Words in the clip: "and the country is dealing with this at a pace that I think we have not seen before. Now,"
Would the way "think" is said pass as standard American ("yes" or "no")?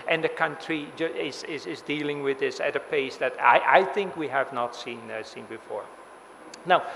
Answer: yes